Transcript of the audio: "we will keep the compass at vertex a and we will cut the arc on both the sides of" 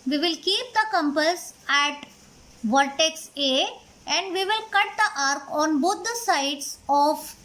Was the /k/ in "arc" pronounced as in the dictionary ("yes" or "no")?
yes